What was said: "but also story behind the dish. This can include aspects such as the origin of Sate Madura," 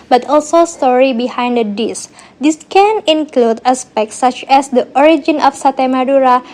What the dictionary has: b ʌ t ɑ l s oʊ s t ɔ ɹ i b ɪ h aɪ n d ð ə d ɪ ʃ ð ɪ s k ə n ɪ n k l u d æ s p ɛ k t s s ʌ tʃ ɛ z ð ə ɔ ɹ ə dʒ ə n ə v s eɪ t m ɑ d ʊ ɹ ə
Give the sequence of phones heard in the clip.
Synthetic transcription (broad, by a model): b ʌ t ɑ l s oʊ s t ɔ ɹ i b ɪ h aɪ n d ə d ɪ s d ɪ s k ə n ɪ n k l u d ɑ s p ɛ k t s s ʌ tʃ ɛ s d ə ɔ ɹ ə dʒ ə n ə f s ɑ t m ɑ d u ɹ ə